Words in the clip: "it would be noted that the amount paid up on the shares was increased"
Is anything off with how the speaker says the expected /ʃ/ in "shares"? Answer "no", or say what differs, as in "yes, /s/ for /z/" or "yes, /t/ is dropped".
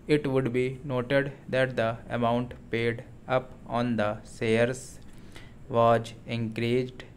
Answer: yes, /s/ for /ʃ/